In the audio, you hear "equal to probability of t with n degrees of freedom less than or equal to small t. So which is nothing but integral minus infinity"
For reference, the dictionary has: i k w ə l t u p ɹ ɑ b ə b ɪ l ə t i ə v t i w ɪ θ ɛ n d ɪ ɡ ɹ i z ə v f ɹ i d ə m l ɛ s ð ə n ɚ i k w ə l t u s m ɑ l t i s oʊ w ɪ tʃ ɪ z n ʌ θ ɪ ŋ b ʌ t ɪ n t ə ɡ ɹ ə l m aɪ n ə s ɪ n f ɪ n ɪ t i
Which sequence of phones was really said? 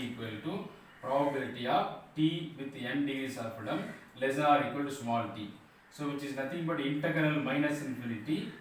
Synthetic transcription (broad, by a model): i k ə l t u p ɹ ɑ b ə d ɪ t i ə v t i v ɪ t ɛ n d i s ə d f ʌ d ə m l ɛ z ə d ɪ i k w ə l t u s m ɑ l t i s oʊ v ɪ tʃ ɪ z n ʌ t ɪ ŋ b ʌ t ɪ n t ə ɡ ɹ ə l m aɪ n ə s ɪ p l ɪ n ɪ t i